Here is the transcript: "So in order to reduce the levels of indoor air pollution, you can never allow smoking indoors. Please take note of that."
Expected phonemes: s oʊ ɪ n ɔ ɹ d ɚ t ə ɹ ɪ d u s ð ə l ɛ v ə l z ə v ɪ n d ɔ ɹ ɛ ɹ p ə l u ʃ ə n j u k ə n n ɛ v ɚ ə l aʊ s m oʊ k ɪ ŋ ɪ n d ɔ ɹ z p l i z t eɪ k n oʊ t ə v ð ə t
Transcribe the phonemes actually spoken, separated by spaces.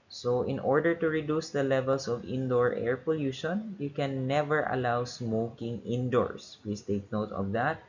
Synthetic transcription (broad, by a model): s oʊ ɪ n ɔ ɹ d ɚ t ə ɹ ɪ d u s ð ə l ɛ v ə l s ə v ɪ n d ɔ ɹ ɛ ɹ p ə l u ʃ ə n j u k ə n n ɛ v ɚ ə l aʊ s m oʊ k ɪ ŋ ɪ n d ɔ ɹ s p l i s t eɪ k n oʊ t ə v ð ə t